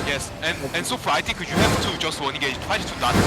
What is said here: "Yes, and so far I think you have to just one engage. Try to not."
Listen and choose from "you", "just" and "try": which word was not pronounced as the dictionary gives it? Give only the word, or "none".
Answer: try